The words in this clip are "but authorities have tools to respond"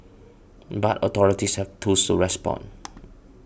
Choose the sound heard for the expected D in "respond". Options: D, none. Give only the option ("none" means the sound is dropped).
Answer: none